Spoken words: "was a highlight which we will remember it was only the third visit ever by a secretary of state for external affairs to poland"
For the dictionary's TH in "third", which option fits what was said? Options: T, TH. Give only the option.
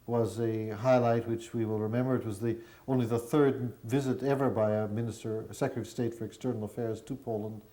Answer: TH